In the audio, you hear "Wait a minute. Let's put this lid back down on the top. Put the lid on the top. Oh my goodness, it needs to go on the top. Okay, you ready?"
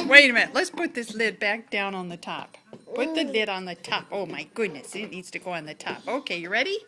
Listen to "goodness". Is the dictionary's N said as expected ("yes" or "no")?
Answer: yes